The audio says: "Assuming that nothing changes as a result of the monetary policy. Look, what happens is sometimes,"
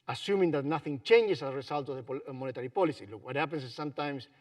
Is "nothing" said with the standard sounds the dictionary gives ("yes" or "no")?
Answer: yes